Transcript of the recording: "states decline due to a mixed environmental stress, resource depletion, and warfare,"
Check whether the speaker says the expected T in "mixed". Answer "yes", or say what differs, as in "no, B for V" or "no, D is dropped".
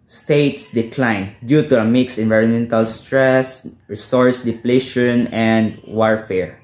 no, T is dropped